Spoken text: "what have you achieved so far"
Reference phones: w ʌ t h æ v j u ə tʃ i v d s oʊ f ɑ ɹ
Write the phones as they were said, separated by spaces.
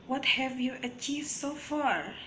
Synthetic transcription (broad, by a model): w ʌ t h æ v j u ə tʃ i v d s oʊ f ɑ ɹ